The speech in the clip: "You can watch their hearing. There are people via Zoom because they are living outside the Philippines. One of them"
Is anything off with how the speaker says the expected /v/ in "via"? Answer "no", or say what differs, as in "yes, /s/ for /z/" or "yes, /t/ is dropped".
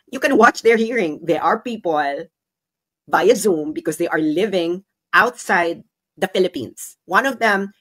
yes, /b/ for /v/